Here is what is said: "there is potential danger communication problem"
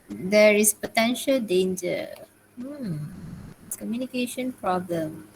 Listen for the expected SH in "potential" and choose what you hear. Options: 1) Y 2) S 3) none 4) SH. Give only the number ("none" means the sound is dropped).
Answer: 4